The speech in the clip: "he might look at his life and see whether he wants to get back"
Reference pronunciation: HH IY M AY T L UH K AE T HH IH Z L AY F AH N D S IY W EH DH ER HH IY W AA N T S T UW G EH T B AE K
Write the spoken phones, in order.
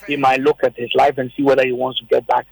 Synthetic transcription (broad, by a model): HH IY M AY T L UH K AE T HH IH Z L AY F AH N S IY W EH DH ER HH IY W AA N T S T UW G EH T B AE K